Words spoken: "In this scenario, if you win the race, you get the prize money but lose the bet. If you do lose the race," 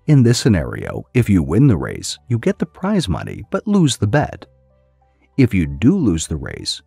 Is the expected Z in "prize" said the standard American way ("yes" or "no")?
yes